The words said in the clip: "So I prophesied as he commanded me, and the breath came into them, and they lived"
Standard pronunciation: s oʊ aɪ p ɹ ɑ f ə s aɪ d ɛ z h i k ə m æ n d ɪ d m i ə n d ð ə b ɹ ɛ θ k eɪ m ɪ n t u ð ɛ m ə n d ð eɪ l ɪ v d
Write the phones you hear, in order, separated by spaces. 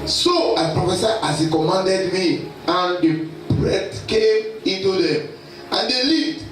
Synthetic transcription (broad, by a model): s oʊ aɪ p ɹ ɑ f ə s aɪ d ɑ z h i k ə m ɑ n d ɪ d m i ə n d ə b ɹ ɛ t k eɪ m ɪ n t u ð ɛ m ə n d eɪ l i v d